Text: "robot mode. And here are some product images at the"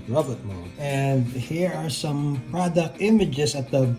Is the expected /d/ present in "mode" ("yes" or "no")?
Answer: no